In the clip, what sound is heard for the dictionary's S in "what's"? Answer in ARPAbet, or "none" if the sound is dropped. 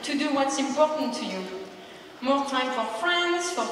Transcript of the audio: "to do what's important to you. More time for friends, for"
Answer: S